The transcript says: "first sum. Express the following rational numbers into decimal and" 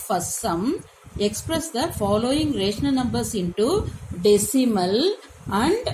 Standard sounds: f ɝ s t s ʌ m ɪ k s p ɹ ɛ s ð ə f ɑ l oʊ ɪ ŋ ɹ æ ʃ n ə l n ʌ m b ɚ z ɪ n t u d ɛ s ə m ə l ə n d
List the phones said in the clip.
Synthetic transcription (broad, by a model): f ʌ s s ʌ m ɪ k s p ɹ ɛ s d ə f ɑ l oʊ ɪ ŋ ɹ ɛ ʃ n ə n ʌ m b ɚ s ɪ n t u d ɛ s ə m ə l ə n d